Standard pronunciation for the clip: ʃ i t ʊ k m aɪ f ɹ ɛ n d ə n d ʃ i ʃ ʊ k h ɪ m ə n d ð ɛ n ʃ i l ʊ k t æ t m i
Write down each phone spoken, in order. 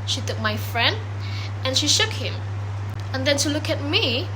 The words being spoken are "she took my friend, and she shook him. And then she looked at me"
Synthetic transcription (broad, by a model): ʃ i t ʊ k m aɪ f ɹ ɛ n d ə n ʃ i ʃ ʊ k h ɪ m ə n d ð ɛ n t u l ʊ k æ t m i